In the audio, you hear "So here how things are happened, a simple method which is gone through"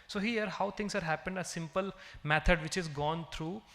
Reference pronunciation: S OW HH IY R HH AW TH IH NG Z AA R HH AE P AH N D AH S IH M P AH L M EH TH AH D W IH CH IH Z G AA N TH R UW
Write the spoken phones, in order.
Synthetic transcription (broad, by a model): S OW HH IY R HH AW T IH NG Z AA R HH AE P AH N D AH S IH M P AH L M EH T AH D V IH CH IH Z G AA N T R UW